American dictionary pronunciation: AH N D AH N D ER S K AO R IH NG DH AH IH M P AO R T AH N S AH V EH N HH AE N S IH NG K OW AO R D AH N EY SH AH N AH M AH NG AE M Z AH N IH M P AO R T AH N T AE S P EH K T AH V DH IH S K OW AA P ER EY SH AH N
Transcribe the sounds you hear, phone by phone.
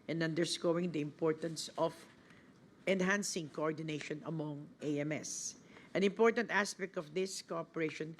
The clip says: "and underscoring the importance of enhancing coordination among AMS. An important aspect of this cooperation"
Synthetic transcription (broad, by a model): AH N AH N D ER S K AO W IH NG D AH IH M P AO R T AH N S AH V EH N HH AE N S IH NG K OW AO R D AH N EY SH AH N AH M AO NG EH M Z AH N IH M P AO R T AH N T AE S P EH K T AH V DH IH S K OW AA P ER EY SH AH N